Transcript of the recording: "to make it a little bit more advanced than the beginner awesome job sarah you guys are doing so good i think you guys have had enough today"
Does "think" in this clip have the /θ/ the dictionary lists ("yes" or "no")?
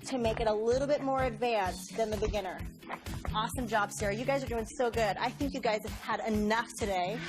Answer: yes